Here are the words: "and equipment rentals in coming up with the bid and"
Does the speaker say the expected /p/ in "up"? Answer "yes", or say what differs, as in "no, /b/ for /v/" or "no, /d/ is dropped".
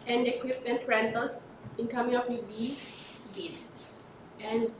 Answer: no, /f/ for /p/